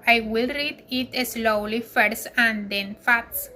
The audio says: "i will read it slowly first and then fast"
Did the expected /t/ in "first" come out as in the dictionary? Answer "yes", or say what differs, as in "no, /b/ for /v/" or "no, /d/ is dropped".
no, /t/ is dropped